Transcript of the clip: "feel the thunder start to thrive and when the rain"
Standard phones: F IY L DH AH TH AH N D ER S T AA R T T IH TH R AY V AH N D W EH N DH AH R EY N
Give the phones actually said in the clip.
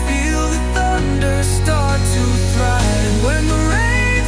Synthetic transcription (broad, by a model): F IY L DH AH TH AH N D ER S T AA R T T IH T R AY AH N W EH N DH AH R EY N